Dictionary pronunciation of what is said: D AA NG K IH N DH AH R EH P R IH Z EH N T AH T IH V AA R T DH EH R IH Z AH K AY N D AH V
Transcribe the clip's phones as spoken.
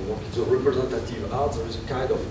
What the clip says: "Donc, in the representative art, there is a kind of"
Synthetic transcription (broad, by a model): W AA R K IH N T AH R EH P R IH Z EH N T AH T IH V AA L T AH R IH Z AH K AY N D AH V